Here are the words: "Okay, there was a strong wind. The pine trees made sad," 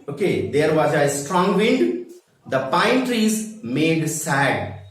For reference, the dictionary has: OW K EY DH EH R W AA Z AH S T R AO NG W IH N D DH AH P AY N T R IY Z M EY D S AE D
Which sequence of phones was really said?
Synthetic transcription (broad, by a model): OW K EY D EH R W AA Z AH S T R AO NG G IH N D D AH P AY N T R IY Z M EY D S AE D